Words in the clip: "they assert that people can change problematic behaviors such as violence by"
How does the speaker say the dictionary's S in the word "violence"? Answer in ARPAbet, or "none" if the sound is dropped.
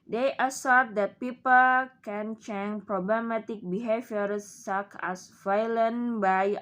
none